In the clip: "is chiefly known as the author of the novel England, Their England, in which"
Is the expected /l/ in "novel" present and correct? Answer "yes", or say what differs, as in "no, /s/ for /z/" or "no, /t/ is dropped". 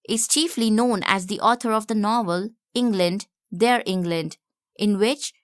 yes